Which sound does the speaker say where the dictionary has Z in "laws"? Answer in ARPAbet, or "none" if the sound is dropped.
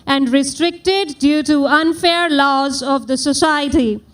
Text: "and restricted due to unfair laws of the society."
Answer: Z